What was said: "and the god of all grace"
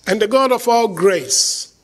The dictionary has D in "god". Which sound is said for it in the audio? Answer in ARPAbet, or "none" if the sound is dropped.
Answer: D